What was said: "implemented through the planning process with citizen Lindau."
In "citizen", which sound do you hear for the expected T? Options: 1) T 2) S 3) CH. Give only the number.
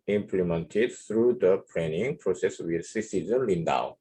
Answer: 2